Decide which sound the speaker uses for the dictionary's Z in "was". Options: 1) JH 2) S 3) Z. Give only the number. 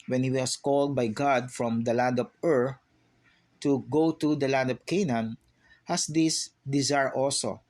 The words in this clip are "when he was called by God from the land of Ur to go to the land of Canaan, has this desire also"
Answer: 2